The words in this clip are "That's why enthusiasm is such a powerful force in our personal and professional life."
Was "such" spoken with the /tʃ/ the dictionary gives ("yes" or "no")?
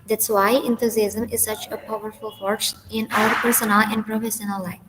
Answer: yes